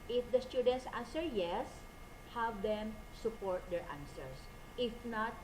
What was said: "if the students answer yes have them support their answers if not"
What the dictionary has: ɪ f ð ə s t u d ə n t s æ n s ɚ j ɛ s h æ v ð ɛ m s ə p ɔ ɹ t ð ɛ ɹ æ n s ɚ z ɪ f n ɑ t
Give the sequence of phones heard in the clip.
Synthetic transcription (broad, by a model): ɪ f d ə s t u d ə n t s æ n s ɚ j ɛ s h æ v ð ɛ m s ə p ɔ ɹ t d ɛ ɹ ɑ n s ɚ s ɪ f n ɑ t